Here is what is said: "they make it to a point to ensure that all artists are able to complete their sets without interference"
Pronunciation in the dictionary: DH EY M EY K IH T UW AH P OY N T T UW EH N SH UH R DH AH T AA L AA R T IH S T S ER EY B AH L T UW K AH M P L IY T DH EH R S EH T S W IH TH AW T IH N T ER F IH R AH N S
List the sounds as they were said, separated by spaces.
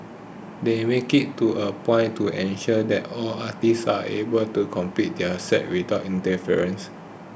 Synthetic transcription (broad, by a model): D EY M EY K IH T UW AH P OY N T T UW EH N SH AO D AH T AA L AA T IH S S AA EY B AH L T UW K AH M P IY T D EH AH S EH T W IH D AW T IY N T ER F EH R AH N S